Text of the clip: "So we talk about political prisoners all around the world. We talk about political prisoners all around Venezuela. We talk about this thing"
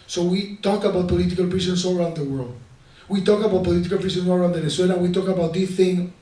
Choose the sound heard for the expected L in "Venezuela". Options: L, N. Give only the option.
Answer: N